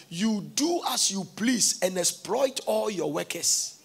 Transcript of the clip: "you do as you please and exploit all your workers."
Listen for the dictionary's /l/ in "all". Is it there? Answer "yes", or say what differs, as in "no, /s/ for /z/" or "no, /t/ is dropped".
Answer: yes